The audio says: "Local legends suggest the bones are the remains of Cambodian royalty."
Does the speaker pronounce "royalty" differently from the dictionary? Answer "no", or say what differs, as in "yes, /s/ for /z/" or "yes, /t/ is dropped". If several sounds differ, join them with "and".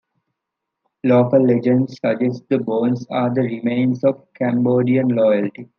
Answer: yes, /l/ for /ɹ/